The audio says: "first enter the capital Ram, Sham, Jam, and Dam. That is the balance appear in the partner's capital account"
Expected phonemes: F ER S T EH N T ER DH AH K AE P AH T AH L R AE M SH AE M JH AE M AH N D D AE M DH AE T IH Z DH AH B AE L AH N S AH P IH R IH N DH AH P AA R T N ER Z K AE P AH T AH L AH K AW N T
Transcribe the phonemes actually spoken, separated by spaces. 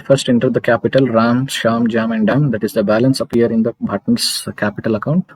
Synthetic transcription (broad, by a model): F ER S T EH N T ER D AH K AE P AH T AH L R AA M SH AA M JH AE M AH N D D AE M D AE T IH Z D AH B AE L AH N S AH P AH R IH N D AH B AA T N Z K AE P AH T AH L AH K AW N T